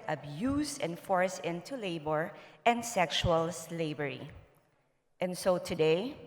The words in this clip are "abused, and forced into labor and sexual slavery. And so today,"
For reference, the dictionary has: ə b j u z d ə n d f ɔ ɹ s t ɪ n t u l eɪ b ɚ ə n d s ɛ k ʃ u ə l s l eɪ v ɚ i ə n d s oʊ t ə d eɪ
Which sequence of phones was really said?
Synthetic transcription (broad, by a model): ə b j u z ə n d f ɔ ɹ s ɪ n t u l eɪ b ɚ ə n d s ɛ k ʃ u ə l s l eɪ b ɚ i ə n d s oʊ t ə d eɪ